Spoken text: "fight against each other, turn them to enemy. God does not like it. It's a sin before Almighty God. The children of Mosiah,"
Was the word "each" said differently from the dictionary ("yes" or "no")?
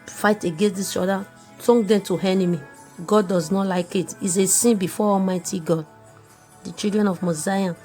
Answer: yes